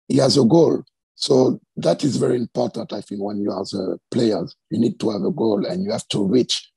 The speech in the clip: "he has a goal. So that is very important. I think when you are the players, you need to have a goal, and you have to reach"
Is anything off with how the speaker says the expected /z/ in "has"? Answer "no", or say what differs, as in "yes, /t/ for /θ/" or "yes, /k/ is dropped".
no